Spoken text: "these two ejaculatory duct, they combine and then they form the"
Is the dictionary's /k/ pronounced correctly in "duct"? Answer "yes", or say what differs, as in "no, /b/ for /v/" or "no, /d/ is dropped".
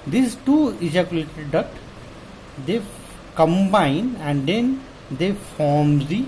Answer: no, /k/ is dropped